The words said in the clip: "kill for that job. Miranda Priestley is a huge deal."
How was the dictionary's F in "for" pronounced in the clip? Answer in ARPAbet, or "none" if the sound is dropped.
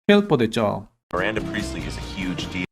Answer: P